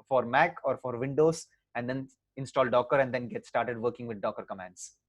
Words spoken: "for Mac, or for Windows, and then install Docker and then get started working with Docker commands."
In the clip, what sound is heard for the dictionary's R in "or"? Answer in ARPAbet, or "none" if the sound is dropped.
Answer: R